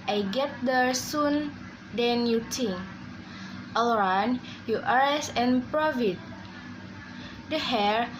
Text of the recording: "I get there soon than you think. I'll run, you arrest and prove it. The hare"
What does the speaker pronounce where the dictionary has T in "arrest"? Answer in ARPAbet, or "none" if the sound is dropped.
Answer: none